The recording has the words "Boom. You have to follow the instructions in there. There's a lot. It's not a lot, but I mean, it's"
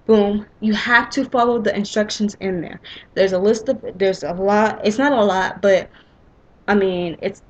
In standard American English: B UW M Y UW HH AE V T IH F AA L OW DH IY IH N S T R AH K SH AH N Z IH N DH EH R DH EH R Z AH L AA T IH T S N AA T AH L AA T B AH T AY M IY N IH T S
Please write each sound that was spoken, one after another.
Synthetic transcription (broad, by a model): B UW M Y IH HH AE F T IH F AA L OW DH IY IH N S T R AH K SH AH N Z IH N DH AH R DH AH R Z AH L AA T IH T S N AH T AH L AA T B AH T AY M IY N IH T S